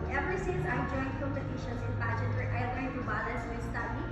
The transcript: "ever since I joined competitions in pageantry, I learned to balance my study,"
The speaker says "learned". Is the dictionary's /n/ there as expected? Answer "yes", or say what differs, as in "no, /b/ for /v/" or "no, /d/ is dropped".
no, /n/ is dropped